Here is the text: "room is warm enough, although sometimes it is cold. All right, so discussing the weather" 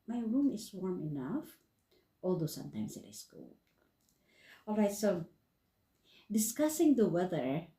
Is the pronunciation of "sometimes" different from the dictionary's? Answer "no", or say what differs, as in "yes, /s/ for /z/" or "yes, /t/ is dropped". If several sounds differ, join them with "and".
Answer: yes, /s/ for /z/